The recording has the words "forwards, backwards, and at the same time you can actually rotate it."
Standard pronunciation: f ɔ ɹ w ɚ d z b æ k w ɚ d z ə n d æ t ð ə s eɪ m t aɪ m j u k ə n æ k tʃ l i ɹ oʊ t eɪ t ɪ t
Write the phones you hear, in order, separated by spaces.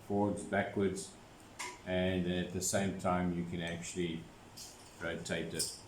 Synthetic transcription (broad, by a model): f ɔ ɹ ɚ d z b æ k w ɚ d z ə n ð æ t ð ə s eɪ m t aɪ m j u k ə n æ k tʃ l i ɹ oʊ t eɪ t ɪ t